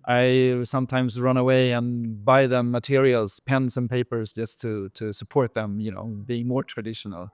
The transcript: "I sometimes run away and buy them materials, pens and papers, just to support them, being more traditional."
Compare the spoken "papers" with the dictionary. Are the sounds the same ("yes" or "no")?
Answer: yes